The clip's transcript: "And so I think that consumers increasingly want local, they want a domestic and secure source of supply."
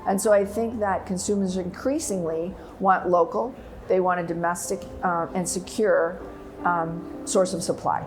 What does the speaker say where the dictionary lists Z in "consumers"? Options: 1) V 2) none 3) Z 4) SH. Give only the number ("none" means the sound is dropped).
3